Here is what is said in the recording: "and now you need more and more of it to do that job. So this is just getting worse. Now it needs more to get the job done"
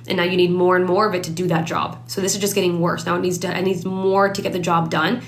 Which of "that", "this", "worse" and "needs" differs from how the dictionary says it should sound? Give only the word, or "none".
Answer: none